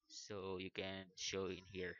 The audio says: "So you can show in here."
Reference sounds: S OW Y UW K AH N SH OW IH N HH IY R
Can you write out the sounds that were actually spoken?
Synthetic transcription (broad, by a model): S OW Y UW K AH N SH OW IH N HH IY R